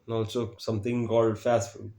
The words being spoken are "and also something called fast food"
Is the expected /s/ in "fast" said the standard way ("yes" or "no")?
yes